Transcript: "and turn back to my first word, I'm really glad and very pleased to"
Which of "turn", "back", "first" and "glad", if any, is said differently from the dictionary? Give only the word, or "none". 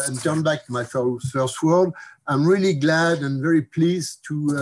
none